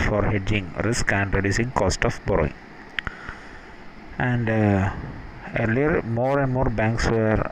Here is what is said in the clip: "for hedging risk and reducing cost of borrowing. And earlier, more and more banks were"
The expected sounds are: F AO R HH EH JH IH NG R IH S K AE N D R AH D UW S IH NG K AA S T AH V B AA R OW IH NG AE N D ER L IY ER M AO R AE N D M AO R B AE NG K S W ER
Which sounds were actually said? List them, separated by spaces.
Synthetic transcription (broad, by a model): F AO R HH EH JH IH NG R IH S K AE N D R AH D UW S IH NG K AA S T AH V B AA R OW IH NG AE N D ER L IY ER M AO R AE N D M AO R B AE NG K S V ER